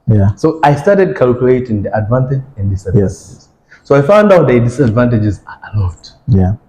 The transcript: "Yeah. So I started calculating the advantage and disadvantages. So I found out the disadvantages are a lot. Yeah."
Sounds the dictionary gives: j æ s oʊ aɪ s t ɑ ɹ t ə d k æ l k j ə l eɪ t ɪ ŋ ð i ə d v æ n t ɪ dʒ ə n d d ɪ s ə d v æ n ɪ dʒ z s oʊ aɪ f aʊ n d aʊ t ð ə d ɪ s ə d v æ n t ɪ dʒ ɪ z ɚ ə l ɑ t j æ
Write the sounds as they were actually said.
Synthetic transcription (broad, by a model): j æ s oʊ aɪ s t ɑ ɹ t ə d k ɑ l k j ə l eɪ t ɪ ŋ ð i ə d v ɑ n t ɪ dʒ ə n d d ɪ s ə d ɛ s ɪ z s oʊ aɪ f aʊ n d aʊ t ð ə d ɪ s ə d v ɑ n t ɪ dʒ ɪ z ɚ ə l ɑ t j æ